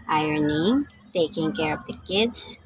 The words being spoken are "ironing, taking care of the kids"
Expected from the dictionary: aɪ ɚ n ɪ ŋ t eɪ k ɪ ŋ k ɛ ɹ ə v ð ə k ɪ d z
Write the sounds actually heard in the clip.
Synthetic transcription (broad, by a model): aɪ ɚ n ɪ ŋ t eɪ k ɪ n k ɛ ɹ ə p ð ə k ɪ d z